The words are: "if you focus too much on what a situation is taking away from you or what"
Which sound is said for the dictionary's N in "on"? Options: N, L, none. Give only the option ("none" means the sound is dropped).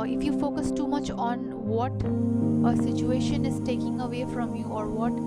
N